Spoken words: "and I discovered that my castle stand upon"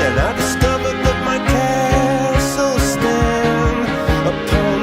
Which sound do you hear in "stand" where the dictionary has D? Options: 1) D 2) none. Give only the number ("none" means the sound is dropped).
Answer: 2